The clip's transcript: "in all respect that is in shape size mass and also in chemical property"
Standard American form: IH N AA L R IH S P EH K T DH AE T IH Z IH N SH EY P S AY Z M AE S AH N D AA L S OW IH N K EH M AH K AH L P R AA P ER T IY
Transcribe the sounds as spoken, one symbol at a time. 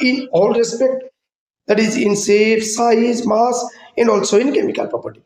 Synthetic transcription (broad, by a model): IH N AA L R IH S P EH K T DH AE T IH Z IH N S EY F S AY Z M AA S AH N D AA L S OW IH N K EH M AH K AH L P R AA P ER T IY